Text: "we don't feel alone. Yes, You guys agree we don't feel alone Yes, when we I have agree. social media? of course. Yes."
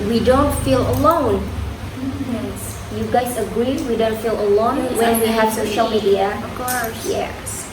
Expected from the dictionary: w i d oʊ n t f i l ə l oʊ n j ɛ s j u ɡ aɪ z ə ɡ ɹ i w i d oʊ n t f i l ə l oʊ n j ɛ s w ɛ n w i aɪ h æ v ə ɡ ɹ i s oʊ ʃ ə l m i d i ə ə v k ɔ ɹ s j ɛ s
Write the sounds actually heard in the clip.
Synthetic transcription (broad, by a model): w i d oʊ n t f i l ə l oʊ n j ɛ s j u ɡ aɪ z ə ɡ ɹ i w i d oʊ n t f i l ə l oʊ n w ɛ n w i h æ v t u ʃ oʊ ə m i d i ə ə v k ɔ ɹ s j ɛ